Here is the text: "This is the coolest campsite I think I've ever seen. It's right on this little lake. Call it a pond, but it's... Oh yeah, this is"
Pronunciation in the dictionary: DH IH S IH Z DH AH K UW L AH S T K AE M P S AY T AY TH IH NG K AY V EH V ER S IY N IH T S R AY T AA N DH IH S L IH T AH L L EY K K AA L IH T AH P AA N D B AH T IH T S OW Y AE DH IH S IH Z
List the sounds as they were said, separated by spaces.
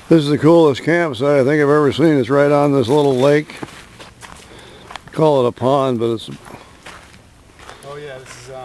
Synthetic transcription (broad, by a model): DH IH S IH Z DH AH K UW L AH S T K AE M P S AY AY TH IH NG K AY V EH V ER S IY N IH T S R AY T N DH IH S L IH T L L EY K K AA L IH T AH P AA N B AH T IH T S S